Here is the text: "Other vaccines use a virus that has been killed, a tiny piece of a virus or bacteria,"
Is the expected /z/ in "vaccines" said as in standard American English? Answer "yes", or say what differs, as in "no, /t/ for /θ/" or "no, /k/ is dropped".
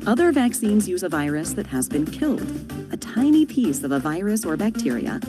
yes